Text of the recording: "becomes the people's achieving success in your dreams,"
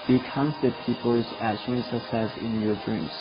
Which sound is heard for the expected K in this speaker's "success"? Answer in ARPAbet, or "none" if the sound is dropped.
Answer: none